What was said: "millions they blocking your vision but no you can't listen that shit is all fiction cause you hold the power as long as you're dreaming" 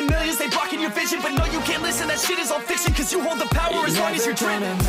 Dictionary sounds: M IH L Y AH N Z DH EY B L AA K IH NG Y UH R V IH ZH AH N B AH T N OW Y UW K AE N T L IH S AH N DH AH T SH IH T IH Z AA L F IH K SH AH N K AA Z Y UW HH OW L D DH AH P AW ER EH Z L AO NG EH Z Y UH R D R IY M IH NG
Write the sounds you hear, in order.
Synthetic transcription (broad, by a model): M IH L Y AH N Z DH EY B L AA K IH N Y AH R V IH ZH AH N B AH T N OW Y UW K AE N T L IH S AH N DH AH T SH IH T IH Z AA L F IH K S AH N K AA Z Y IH HH OW L D DH AH P AW ER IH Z W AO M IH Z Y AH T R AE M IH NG